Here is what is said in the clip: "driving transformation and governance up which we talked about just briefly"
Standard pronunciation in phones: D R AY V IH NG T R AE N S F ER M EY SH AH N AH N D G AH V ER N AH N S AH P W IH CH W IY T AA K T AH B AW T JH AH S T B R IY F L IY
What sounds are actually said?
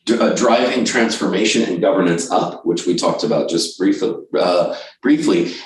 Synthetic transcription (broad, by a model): D R AY V IH NG T R AE N S F ER M EY SH AH N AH N G AH V ER N AH N S AH P W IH CH W IY T AA K T AH B AW T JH AH S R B R IY F L IY